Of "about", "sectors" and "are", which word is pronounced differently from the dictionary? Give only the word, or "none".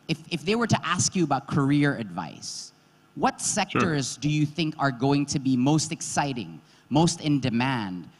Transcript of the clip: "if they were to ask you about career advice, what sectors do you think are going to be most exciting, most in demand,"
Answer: none